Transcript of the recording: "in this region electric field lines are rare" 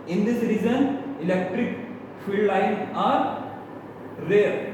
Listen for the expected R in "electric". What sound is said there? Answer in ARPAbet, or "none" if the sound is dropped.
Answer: R